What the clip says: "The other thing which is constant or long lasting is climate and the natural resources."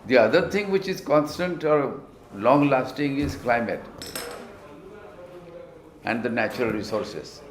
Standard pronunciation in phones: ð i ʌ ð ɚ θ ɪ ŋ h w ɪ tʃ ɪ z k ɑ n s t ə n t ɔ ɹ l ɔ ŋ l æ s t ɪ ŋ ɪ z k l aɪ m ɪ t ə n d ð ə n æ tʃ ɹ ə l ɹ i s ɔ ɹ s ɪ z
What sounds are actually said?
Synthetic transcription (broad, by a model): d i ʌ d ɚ t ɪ ŋ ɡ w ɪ tʃ ɪ z k ɑ n s t ə n t ɔ ɹ l ɔ ŋ l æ s t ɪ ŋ ɪ z k l aɪ m ɪ t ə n d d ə n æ tʃ ɹ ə l ɹ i s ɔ ɹ s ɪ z